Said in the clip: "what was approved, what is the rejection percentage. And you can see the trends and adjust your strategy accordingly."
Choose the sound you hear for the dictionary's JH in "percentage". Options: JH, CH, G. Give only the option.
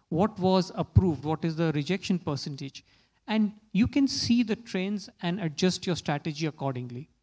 JH